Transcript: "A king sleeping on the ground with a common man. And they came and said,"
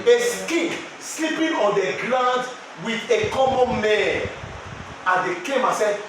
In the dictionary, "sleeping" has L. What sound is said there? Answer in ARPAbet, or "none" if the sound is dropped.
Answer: L